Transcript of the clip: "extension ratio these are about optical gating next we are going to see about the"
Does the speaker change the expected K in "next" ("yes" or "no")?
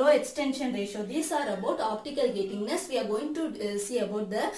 yes